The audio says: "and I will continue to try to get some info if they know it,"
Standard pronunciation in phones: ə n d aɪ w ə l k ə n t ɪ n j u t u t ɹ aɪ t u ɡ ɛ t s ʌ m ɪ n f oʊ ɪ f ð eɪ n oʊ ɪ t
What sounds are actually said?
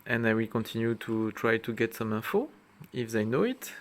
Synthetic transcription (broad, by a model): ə n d aɪ w ə l k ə n t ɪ n j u t u t ɹ aɪ t u ɡ ɛ t s ʌ m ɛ f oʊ ɪ f ð eɪ n oʊ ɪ t